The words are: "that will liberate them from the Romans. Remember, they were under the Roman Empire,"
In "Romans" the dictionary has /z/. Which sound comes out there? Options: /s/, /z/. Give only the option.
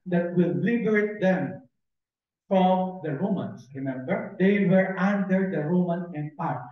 /s/